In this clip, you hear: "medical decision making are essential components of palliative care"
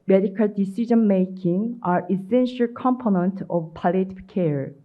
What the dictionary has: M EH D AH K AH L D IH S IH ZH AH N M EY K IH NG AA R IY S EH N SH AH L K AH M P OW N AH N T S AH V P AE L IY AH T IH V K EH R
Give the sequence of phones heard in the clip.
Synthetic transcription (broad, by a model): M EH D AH K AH L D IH S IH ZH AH N M EY K IH NG AA R IY S EH N SH AH L K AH M P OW N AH N T AH V P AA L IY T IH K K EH R